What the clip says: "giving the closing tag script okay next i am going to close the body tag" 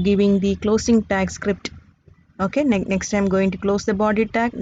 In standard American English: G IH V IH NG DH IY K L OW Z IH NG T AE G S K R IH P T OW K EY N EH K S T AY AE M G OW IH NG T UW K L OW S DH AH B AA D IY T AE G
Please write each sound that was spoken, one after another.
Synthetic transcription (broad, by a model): G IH V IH NG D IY K L OW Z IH NG T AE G S K R IH P T OW K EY N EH K S T AY M G OW IH NG T UW K L OW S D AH B AA D IY T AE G